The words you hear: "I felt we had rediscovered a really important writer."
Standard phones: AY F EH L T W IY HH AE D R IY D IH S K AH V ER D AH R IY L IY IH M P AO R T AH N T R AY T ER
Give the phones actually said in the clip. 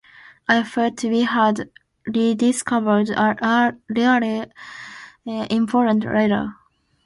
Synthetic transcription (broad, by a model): AY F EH T W IY HH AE D R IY D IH S K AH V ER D AH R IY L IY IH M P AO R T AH N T R AY T ER